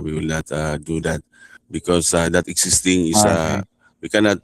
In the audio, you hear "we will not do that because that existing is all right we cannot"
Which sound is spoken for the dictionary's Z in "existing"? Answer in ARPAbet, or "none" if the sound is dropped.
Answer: S